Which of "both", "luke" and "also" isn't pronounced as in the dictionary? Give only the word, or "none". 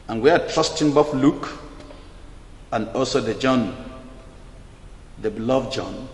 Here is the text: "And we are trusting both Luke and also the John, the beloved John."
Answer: both